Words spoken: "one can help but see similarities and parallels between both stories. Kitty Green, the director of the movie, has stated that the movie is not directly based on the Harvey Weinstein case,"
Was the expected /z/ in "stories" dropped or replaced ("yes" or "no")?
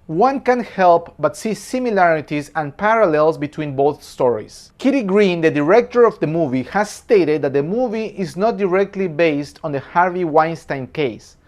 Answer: yes